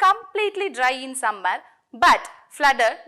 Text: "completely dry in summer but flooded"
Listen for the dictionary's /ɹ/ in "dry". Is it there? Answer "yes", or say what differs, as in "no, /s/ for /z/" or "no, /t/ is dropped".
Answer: yes